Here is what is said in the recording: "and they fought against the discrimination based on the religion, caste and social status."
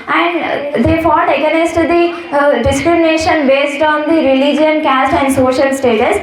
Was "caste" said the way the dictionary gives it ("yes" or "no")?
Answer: yes